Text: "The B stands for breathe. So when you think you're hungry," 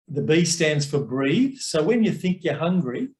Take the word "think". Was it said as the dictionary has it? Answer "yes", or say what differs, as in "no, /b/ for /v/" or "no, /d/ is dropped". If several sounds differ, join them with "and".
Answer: yes